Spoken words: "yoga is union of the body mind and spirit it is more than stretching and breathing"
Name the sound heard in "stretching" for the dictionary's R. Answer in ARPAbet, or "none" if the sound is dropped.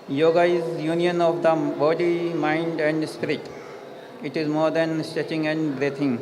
none